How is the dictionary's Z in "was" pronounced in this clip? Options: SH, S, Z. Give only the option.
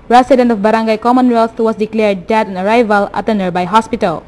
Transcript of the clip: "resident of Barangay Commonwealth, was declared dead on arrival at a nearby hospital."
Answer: S